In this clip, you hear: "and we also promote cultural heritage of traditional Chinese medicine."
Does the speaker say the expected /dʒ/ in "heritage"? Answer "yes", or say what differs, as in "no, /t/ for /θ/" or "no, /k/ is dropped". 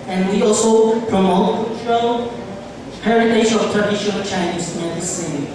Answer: no, /ʃ/ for /dʒ/